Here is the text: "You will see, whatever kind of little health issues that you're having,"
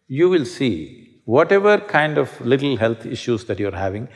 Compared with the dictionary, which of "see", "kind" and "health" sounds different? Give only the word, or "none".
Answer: health